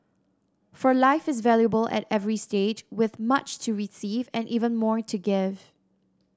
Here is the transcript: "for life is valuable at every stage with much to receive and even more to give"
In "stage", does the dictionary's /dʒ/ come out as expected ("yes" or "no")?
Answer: yes